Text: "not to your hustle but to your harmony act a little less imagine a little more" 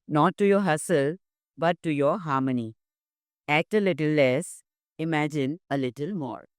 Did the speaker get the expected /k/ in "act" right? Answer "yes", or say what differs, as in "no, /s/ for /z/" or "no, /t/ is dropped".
yes